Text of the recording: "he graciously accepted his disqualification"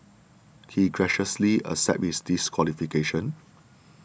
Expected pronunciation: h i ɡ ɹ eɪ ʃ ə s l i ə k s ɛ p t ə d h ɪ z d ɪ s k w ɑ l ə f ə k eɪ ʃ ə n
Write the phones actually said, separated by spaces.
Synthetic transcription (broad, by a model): h i ɡ ɹ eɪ ʃ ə s l i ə s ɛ t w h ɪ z d ɪ s k w ɑ l ə f ə k eɪ ʃ ə n